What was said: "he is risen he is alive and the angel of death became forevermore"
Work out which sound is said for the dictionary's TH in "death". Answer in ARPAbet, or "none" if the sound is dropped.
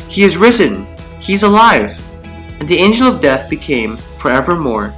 TH